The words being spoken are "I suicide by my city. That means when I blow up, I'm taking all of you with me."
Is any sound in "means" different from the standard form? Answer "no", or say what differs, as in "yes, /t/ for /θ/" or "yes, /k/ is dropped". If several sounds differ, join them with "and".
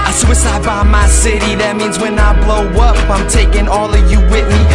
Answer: no